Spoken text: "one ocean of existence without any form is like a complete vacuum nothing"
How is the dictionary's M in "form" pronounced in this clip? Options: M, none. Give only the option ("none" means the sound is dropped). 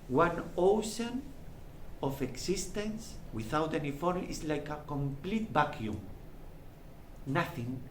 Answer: none